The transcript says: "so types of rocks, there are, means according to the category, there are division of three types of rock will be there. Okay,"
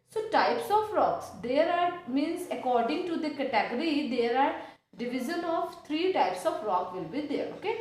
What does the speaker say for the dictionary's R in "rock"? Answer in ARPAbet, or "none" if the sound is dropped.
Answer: R